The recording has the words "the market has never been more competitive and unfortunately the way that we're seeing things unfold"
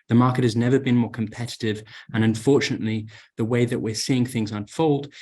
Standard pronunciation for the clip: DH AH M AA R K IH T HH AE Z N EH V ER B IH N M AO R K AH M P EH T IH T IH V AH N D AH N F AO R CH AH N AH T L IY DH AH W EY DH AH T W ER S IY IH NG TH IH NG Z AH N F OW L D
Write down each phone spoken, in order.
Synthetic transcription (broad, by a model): DH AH M AA R K IH T HH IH Z N EH V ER B IH N M AO R K AH M P EH T IH T IH V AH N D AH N F AO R CH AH N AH T L IY DH AH W EY DH AH T W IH S IY IH NG TH IH NG Z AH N F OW L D